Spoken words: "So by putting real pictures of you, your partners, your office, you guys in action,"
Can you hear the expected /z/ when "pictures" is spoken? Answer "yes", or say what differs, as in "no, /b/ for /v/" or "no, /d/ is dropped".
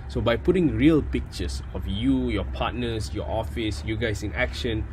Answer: no, /s/ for /z/